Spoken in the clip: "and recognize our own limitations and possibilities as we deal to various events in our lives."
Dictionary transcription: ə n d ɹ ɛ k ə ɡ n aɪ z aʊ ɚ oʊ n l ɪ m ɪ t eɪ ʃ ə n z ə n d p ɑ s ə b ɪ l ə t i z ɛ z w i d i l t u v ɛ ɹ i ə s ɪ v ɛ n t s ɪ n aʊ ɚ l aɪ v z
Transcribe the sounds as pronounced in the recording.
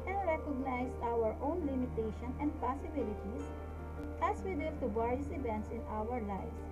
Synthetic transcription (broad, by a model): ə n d ɹ ɛ k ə ɡ n aɪ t aʊ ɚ oʊ n l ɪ m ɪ t eɪ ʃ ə n ə n d p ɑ s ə b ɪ l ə t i s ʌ s w i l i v t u b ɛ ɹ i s ɪ v ɛ n t s ɪ n aʊ ɚ l aɪ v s